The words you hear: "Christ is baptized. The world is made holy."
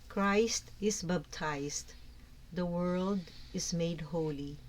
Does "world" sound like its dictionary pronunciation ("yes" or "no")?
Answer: yes